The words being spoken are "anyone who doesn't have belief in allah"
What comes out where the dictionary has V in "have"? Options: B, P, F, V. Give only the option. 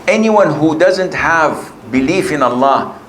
V